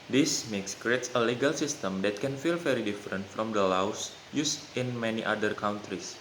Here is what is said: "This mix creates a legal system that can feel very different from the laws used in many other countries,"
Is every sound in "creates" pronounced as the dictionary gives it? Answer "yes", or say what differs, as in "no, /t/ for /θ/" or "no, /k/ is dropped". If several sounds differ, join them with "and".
yes